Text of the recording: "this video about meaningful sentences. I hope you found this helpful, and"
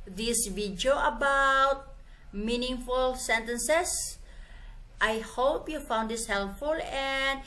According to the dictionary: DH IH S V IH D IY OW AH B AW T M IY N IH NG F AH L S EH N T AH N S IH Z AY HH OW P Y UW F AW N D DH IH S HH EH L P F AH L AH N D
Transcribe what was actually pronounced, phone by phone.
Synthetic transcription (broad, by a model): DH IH S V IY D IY OW AH B AW T M IY N IH NG F AH L S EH N T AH N S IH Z AY HH OW P Y UW F AW N D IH S HH EH L P F AH L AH N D